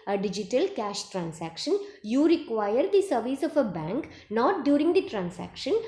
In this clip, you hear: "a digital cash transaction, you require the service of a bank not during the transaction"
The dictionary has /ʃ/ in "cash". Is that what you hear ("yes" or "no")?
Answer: yes